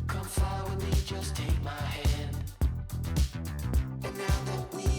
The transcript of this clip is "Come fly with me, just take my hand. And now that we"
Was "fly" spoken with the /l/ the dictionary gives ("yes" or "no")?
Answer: no